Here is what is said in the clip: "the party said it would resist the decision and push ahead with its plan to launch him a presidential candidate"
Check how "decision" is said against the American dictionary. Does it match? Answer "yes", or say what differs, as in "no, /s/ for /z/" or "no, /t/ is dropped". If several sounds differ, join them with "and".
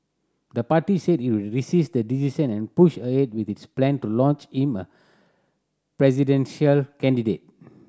no, /s/ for /ʒ/